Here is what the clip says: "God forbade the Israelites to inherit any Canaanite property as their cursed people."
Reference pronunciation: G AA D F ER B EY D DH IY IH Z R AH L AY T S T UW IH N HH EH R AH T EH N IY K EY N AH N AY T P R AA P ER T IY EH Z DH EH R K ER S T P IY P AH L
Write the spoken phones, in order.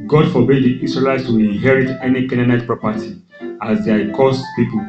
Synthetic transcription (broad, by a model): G AA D F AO B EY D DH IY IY S R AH L AY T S T UW IH N HH EH R AH T EH N IY K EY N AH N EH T P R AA P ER T IY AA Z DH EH K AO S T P IY P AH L